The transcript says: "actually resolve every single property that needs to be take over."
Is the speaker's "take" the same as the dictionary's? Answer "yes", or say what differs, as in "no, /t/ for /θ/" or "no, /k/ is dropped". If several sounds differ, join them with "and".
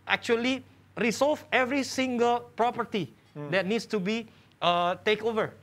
yes